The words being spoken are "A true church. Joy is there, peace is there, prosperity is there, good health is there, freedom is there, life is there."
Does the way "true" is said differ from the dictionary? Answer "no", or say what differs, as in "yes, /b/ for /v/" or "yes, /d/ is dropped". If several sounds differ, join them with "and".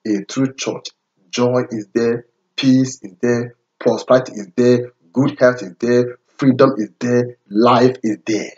no